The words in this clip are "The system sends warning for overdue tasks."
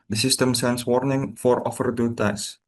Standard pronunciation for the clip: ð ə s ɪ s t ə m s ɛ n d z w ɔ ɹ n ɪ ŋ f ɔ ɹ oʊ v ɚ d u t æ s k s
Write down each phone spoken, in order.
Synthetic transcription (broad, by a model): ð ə s ɪ s t ə m s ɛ n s w ɔ ɹ n ɪ ŋ f ɔ ɹ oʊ f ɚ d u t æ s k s